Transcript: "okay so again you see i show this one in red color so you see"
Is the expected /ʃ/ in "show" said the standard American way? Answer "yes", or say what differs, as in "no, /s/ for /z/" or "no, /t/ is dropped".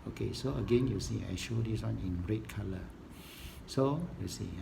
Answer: yes